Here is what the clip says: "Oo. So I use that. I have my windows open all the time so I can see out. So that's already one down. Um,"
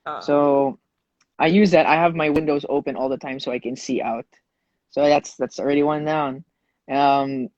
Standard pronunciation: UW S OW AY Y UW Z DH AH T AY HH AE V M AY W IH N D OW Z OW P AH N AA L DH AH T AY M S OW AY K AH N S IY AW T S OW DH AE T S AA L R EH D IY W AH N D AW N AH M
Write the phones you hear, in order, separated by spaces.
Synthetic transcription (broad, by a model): S OW AY Y UW Z DH AH T AY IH V M AY W IH N D OW Z OW P AH N AA L DH AH T AY M S OW AY K AH N S IY AW T S OW DH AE T S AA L R EH D IY W AH N D AW N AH M